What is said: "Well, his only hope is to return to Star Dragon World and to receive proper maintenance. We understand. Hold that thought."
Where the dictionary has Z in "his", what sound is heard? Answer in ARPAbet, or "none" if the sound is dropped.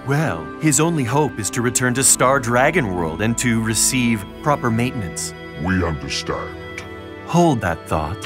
Z